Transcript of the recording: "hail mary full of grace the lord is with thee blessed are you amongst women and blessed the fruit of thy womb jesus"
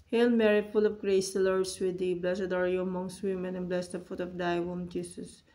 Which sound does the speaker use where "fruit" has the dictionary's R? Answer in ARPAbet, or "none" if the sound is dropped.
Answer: none